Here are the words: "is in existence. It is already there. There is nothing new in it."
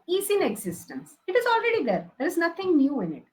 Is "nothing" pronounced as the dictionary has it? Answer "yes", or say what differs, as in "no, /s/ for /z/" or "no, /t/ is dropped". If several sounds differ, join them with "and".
no, /t/ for /θ/